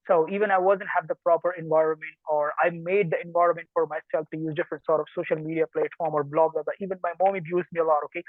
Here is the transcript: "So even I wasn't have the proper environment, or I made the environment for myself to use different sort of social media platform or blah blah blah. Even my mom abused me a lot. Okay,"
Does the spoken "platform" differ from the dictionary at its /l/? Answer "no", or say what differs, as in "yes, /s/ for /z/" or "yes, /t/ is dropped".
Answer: no